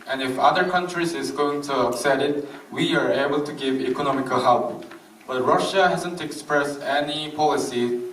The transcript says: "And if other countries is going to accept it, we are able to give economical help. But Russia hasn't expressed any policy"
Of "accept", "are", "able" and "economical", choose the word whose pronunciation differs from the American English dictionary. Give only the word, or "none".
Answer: accept